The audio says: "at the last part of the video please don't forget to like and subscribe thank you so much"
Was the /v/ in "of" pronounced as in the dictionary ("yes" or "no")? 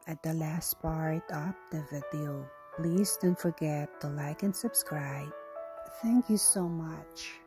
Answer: no